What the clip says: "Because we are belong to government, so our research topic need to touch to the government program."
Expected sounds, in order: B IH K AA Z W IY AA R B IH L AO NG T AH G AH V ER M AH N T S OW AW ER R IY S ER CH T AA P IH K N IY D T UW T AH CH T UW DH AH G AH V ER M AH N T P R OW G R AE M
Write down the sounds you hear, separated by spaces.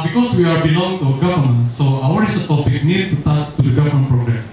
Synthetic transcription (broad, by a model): B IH K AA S W IY AA R B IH L AO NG T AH G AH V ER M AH N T S OW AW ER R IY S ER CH T AA P IH K N IY D T UW T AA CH T UW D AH G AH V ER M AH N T P R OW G R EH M